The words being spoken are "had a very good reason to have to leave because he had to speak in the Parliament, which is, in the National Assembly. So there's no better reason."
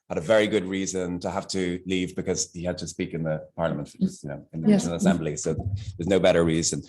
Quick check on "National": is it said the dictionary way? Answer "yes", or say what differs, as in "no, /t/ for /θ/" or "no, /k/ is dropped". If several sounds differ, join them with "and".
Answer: no, /n/ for /l/